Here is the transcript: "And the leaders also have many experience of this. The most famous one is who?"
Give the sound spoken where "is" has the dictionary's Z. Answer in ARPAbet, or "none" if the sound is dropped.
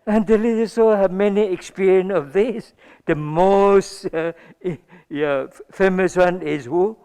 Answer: S